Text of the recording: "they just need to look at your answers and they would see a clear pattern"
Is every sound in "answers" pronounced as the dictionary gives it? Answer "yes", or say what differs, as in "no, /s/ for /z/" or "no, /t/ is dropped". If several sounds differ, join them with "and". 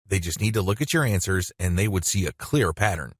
yes